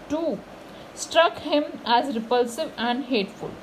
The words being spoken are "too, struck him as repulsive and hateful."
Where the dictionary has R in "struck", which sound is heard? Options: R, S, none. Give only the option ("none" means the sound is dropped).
R